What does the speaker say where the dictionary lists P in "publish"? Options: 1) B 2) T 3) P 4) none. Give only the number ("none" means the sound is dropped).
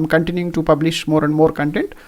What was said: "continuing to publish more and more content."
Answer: 3